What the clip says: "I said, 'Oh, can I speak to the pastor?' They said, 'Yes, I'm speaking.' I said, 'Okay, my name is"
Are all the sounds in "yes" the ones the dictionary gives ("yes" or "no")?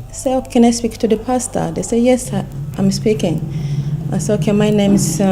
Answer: yes